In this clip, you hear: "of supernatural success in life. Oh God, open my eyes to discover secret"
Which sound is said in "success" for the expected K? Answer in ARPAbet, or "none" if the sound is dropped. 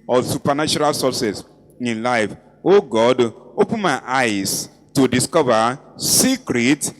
none